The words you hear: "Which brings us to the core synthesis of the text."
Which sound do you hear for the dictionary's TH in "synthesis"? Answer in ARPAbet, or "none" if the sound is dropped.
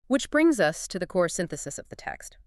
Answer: TH